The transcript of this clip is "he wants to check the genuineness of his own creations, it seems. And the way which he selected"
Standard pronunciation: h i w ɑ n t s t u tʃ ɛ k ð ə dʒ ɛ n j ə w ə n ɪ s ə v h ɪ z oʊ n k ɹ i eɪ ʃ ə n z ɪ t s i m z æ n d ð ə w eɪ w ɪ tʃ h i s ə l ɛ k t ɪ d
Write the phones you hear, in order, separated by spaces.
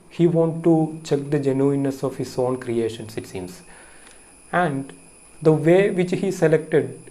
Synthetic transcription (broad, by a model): h i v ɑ n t t u tʃ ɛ k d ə dʒ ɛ n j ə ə n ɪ s ə v h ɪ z oʊ n k ɹ i eɪ ʃ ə n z ɪ t s i m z æ n d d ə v eɪ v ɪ tʃ h i s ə l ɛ k t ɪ d